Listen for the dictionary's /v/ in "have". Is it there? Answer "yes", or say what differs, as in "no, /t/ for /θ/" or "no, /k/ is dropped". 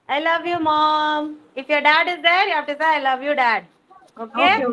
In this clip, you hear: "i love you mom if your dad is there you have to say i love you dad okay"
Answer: no, /p/ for /v/